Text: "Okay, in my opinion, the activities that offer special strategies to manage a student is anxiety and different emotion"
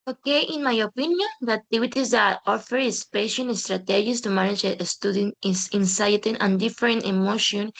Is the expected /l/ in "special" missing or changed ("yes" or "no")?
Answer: yes